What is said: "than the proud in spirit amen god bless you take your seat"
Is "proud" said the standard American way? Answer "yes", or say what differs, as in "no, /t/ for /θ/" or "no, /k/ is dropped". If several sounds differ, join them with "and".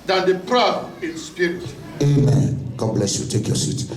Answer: no, /d/ is dropped